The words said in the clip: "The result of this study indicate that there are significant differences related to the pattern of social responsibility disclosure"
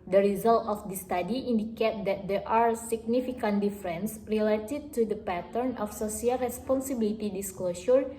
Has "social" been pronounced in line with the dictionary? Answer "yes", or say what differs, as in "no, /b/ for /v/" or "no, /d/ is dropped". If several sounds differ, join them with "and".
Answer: no, /s/ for /ʃ/